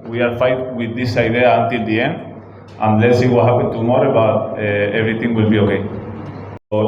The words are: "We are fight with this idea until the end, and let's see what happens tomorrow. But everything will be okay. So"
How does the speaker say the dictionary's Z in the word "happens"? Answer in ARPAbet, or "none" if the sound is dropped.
none